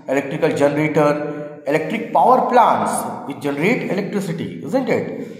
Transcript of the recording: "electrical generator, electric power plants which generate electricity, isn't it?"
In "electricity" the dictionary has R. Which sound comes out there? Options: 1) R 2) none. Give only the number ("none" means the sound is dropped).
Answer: 1